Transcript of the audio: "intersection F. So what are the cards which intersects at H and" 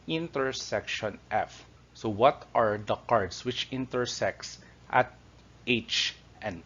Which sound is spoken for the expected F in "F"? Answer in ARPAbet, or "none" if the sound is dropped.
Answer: F